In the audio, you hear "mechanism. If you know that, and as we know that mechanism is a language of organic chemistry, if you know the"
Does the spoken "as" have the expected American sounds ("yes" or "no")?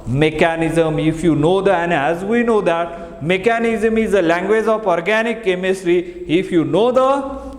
yes